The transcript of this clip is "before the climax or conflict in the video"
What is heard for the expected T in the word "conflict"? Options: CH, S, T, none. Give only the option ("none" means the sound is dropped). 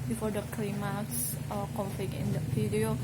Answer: none